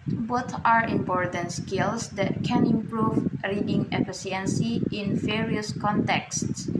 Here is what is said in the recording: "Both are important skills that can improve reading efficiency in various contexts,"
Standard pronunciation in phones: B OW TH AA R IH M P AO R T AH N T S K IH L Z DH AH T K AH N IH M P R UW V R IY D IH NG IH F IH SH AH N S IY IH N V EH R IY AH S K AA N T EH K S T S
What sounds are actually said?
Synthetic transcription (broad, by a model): B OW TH AA R IH M P AO R T AH N T S K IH L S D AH T K AH N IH M P R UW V R IY D IH NG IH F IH S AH N S IY IH N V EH R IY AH S K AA N T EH K S T S